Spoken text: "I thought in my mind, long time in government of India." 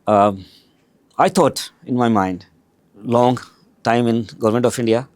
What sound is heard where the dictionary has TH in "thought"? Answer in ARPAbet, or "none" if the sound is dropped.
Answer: T